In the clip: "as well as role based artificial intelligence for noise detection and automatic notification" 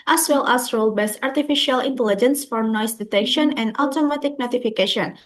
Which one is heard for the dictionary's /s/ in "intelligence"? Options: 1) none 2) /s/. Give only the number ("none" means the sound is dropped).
2